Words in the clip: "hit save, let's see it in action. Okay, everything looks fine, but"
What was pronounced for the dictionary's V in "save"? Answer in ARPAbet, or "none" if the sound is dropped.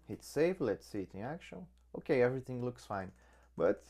F